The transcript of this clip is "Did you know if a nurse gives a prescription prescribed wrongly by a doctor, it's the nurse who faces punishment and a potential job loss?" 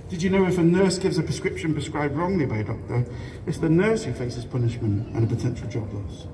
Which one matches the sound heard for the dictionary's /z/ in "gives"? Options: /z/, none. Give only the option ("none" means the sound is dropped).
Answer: /z/